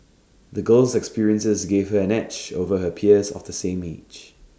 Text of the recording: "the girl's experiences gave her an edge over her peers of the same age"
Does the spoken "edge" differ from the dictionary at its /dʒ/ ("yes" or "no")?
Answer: yes